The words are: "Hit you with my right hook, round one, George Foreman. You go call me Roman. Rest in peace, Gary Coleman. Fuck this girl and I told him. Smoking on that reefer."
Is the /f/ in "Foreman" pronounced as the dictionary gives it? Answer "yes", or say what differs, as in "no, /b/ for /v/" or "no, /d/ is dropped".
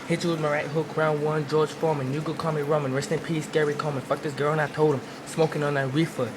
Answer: yes